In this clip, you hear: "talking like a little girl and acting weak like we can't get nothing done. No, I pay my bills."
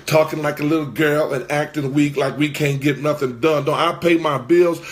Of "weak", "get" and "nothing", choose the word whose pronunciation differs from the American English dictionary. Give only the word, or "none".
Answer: none